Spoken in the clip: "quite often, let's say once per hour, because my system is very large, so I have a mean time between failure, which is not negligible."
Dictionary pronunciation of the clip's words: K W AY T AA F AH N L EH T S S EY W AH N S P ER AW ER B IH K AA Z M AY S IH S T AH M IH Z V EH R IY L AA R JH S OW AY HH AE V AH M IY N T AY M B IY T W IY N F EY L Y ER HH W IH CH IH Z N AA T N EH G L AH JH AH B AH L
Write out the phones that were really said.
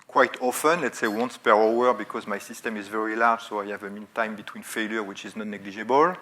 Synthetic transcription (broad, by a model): K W AY T AA F AH N L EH T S S EY W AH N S P ER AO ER B IH K AA Z M AY S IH S T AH M IH Z V EH R IY L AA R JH S OW AY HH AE V AH M IY N T AY M B IY T W IY N F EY L Y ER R W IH CH IH Z N AA T N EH G L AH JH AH B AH L